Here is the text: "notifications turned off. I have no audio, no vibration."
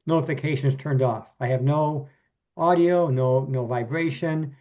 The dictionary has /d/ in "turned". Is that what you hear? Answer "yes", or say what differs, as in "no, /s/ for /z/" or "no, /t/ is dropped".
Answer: yes